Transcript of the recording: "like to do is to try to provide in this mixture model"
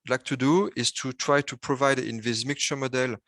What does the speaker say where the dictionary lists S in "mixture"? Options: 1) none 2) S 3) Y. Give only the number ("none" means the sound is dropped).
1